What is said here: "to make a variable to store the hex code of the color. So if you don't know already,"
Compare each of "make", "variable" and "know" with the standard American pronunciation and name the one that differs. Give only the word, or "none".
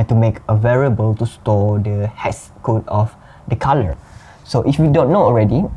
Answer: none